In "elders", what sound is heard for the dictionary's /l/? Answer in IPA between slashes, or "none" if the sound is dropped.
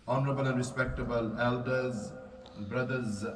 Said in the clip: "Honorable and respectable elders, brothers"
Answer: /l/